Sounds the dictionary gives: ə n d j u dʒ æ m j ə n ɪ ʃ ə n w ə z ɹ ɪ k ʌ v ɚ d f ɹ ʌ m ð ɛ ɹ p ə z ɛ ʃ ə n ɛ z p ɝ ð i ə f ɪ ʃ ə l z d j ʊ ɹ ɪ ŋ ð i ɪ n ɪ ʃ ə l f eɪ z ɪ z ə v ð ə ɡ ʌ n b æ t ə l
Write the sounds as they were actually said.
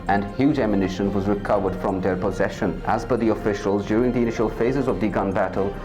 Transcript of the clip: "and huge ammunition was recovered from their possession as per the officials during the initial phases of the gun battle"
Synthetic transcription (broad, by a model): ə n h j u dʒ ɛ m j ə n ɪ ʃ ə n w ə z ɹ ɪ k ʌ v ɚ d f ɹ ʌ m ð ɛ ɹ p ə z ɛ ʃ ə n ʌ z b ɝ ð i ə f ɪ ʃ ə l z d j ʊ ɹ ɪ ŋ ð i ɪ n ɪ ʃ ə l f eɪ z ɪ z ə v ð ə ɡ ʌ n b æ t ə l